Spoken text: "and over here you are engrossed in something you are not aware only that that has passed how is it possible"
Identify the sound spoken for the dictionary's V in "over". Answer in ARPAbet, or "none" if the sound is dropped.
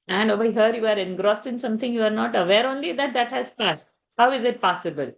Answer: B